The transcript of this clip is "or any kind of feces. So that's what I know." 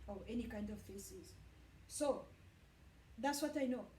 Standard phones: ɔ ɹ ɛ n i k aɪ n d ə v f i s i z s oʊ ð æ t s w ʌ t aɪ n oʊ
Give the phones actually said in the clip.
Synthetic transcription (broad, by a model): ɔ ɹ ɛ n i k aɪ n d ə v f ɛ s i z s oʊ ð æ t s w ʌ t aɪ n oʊ